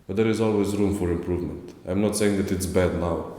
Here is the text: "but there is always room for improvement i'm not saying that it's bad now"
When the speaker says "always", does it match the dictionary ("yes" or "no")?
yes